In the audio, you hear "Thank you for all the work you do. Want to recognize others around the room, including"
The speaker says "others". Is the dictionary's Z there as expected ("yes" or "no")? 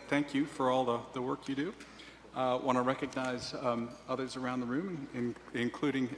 yes